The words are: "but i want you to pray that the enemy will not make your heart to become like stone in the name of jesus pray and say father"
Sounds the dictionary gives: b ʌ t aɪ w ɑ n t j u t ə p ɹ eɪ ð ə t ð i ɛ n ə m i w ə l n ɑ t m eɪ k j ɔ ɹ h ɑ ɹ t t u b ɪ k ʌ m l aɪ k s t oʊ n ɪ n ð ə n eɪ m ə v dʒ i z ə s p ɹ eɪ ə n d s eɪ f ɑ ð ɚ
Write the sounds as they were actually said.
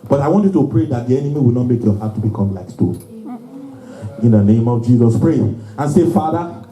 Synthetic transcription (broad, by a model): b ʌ t aɪ w ɑ n t j u t ə p ɹ eɪ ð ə t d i ɛ n ə m i w ə l n ɑ t m eɪ k j ɔ h ɑ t t u b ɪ k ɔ m l aɪ k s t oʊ ɪ n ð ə n eɪ m ə v dʒ i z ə s p ɹ eɪ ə n s eɪ f ɑ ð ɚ